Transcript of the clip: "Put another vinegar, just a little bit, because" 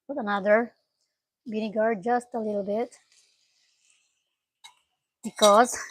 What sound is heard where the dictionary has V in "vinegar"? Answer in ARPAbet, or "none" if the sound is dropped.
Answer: B